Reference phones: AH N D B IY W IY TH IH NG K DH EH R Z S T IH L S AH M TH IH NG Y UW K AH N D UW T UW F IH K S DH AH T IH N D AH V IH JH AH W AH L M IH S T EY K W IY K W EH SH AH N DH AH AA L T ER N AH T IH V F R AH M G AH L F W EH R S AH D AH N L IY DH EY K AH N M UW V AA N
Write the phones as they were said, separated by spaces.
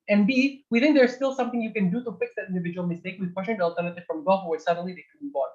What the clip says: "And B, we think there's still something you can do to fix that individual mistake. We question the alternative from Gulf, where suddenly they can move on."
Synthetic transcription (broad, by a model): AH N B IY W IY TH IH NG K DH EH R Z S T IH L S AH M TH IH NG Y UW K AH N D UW T UW F IH K S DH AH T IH N D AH V IH JH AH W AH L M IH S T EY K W IY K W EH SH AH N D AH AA L T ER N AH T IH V F R AH M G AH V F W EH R S AH D AH N L IY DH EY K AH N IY B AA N